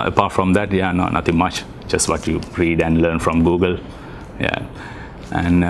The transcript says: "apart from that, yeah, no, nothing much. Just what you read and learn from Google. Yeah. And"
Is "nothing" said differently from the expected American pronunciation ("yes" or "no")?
yes